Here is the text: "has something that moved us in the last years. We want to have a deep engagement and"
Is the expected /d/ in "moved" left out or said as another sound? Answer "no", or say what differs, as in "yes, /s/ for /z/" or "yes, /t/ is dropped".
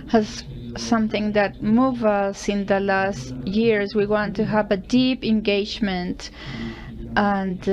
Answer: yes, /d/ is dropped